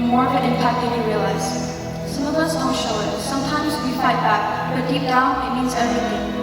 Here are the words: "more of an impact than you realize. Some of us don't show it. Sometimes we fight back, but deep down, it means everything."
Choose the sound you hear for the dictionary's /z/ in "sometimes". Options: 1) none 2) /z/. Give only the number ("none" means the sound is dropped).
2